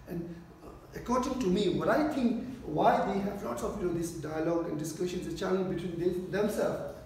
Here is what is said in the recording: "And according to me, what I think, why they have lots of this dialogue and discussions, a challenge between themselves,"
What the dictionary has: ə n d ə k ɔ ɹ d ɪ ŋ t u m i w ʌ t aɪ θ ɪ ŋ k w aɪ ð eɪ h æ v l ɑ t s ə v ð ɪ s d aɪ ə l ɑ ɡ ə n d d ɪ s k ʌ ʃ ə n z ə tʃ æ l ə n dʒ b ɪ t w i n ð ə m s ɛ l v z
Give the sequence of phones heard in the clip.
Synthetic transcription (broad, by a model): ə n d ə k ɔ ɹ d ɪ ŋ t u m i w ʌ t aɪ t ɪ ŋ k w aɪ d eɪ h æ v l ɑ t s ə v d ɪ s d aɪ ə l ɑ ɡ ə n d d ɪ s k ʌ ʃ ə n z ə tʃ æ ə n b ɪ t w i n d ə m s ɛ l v